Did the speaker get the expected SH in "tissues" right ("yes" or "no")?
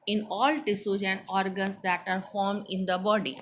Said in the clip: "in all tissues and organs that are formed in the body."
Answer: no